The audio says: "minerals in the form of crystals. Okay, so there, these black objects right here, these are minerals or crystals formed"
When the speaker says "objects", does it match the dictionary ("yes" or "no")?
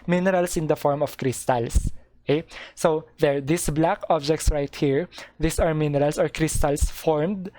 yes